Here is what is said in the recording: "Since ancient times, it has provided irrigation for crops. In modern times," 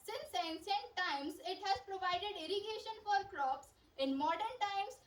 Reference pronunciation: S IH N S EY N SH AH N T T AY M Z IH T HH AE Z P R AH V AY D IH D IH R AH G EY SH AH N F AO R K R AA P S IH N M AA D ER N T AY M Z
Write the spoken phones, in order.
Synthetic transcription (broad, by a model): S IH N S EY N S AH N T T AY M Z IH T HH AE Z P R AH V AY D IH D IH R AH G EY SH AH N F AO R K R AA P S IH N M AA D ER N T AY M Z